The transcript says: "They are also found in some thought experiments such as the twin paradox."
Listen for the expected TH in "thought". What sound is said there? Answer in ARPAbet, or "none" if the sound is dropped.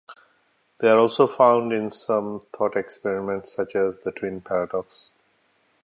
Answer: T